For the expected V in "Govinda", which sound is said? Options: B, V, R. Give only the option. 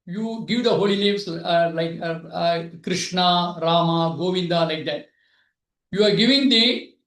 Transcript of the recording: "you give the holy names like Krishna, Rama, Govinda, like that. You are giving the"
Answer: V